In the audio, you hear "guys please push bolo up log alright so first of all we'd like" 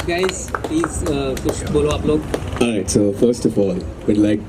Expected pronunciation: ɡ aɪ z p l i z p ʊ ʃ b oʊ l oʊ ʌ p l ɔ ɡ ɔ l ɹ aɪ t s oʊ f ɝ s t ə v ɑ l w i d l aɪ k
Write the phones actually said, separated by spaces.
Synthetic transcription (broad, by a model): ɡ aɪ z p l i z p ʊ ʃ b oʊ l oʊ ʌ p l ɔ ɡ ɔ ɹ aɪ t s oʊ f ɝ s t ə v ɑ l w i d l aɪ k